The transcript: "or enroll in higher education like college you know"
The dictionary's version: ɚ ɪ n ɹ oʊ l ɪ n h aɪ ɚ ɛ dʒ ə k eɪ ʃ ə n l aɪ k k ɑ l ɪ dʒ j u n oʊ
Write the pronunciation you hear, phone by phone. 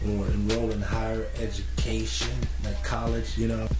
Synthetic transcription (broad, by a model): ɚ ɪ n ɹ oʊ l ɪ n h aɪ ɚ ɛ dʒ ə k eɪ ʃ ə n n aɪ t k ɑ l ɪ dʒ j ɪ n oʊ